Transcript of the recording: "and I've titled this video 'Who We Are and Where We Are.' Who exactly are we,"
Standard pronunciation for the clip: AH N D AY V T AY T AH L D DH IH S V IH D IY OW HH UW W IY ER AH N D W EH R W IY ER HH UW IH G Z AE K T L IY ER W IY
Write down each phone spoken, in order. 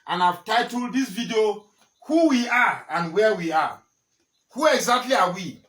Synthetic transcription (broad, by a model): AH N AY V T AY T AH L D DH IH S V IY D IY OW HH UW W IY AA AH N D W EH W IY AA HH UW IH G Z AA K T L IY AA W IY